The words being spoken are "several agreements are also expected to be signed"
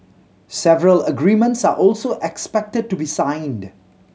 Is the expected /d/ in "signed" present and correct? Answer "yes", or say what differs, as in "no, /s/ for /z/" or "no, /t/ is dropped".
yes